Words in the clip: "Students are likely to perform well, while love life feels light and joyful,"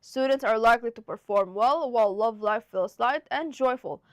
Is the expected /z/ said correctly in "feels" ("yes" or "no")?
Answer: no